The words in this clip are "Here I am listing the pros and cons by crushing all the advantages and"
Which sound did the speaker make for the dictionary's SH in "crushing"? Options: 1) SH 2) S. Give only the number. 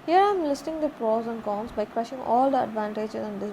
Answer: 1